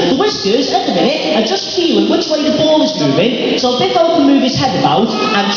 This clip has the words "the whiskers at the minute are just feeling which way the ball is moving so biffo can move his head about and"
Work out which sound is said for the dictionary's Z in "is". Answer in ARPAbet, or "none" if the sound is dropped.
Z